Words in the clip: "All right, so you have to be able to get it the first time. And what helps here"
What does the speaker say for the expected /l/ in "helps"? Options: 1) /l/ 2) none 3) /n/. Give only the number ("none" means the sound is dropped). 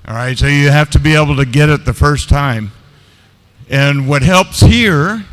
1